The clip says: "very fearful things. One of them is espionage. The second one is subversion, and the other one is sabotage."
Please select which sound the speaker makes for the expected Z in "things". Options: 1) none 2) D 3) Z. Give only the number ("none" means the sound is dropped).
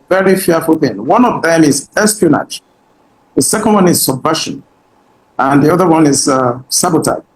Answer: 1